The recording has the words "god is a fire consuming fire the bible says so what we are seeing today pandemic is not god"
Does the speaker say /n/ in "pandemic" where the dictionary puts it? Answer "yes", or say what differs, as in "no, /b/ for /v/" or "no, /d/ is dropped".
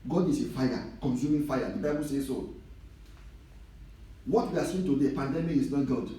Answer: yes